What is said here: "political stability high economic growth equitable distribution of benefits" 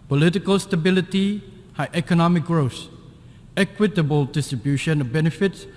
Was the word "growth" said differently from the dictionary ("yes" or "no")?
yes